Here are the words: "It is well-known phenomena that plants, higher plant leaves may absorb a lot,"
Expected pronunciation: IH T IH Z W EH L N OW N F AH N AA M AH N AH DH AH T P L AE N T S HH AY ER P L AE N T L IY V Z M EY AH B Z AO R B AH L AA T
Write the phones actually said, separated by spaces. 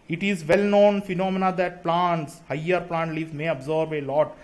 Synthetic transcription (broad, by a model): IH T IH Z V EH L N OW N F AH N AA M AH N AH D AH T P L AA N T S HH AY ER P L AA N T L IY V M EY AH B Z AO R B AH L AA T